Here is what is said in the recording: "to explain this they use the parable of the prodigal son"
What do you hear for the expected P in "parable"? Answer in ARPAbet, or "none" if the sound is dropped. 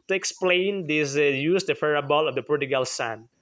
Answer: F